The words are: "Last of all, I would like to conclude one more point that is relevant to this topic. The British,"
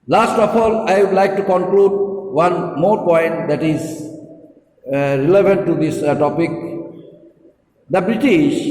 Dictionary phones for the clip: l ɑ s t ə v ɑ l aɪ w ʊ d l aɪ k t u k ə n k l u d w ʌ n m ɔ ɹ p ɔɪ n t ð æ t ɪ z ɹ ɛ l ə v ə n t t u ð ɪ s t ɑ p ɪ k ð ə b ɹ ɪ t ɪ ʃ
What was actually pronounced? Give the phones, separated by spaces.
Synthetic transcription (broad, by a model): l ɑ s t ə p ɑ l aɪ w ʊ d l aɪ k t u k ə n k l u d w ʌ n m ɔ ɹ p ɔɪ n t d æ t ɪ z ɹ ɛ l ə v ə n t t u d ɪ s t ɑ p ɪ k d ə b ɹ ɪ t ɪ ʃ